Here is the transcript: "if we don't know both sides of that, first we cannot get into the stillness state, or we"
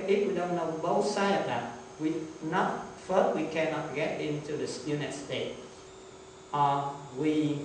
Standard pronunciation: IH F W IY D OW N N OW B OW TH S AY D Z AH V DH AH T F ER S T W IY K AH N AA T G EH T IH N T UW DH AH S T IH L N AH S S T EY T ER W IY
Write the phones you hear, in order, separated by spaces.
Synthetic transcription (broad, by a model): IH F W IY D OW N N OW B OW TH S AY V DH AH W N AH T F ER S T W IY K AH N AA T G EH T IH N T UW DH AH S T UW N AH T S T EY T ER W IY